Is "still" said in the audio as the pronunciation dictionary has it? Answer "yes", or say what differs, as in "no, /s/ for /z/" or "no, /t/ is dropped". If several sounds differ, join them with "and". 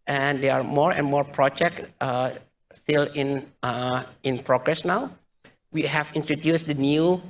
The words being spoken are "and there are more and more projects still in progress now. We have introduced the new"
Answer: no, /n/ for /l/